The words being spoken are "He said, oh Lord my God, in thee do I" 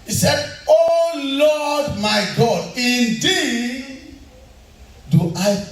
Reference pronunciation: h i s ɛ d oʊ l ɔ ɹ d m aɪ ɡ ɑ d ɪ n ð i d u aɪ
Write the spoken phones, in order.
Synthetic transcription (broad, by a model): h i s ɛ d oʊ l ɔ d m aɪ ɡ ɑ d ɪ n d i d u aɪ